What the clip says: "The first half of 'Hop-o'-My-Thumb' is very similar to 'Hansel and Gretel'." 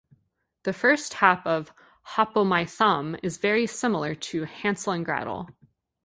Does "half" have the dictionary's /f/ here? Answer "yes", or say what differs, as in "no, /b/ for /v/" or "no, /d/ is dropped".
no, /p/ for /f/